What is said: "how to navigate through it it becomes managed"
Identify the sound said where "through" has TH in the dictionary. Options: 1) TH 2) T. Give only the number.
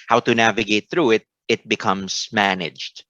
1